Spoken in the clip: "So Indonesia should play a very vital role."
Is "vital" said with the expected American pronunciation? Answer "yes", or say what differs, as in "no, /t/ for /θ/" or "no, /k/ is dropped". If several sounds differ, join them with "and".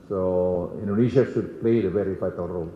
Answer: no, /f/ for /v/